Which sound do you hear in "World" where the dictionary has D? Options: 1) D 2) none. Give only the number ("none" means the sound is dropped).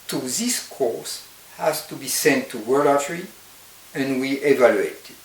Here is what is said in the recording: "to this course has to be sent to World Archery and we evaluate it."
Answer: 2